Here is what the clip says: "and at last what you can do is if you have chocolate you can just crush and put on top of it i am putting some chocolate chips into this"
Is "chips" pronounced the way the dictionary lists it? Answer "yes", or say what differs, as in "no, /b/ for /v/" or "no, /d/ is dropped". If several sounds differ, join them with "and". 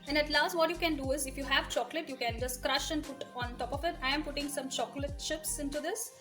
no, /ʃ/ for /tʃ/